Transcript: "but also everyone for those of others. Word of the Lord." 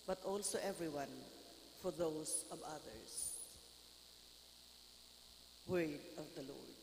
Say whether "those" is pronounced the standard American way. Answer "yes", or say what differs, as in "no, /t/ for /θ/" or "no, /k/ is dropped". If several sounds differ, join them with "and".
no, /s/ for /z/